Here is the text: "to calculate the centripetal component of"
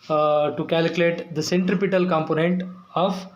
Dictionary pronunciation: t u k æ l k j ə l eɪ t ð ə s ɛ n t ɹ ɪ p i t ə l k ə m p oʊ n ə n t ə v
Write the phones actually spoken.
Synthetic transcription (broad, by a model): t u k æ l k j ə l eɪ t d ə s ɛ n t ɹ ɪ p i t ə l k ə m p oʊ n ə n t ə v